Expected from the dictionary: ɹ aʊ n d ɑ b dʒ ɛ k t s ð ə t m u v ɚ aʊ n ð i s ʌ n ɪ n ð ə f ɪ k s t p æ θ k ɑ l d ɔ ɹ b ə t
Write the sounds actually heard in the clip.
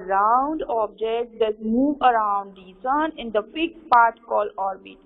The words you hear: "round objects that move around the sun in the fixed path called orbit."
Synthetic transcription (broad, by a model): ɹ aʊ n d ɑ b dʒ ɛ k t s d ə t m u v ɚ aʊ n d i s ʌ n ɪ n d ə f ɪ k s p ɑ t k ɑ l ɔ ɹ b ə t